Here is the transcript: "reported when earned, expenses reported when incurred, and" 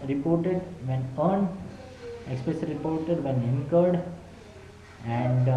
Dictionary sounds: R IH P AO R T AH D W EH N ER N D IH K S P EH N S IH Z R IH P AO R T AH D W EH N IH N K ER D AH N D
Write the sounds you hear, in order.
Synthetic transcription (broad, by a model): R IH P AO R T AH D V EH N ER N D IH K S P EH S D R IH P AO R T AH D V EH N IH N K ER D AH N D